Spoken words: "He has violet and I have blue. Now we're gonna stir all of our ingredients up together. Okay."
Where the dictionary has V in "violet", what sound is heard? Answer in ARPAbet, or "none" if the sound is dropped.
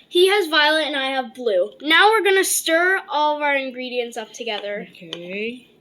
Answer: V